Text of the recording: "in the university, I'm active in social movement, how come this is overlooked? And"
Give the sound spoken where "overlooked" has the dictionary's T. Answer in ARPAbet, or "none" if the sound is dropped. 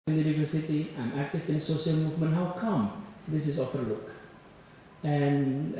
none